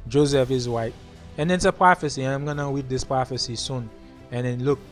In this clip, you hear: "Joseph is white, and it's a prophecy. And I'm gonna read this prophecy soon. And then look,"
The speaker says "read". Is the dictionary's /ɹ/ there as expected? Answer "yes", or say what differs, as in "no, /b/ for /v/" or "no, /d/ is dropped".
no, /w/ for /ɹ/